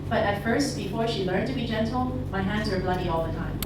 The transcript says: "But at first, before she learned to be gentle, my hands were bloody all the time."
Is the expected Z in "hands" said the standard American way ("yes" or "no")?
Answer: yes